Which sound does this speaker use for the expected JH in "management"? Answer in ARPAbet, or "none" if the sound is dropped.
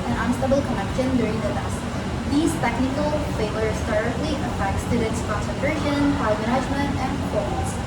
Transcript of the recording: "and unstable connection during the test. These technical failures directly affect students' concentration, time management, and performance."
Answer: Z